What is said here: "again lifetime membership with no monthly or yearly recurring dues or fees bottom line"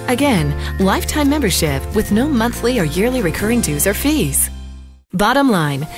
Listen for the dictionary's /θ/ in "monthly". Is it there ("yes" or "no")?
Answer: yes